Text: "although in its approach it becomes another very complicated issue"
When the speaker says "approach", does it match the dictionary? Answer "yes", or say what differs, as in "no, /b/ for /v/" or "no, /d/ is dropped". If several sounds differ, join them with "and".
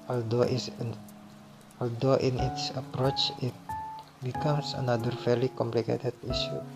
yes